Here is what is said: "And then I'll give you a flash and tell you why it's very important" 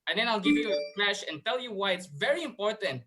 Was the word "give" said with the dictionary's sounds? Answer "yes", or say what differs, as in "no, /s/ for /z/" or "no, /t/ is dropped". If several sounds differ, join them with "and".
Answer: yes